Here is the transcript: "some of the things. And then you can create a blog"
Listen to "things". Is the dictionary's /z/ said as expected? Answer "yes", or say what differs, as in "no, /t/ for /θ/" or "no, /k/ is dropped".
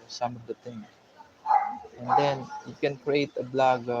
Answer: no, /z/ is dropped